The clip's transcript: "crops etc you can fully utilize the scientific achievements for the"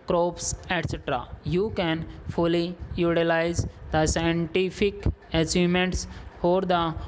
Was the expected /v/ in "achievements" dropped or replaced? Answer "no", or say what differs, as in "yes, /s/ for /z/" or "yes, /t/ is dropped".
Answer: yes, /v/ is dropped